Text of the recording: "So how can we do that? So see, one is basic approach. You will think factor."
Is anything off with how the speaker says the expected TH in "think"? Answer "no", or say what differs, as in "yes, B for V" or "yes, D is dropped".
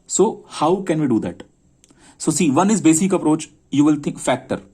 yes, T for TH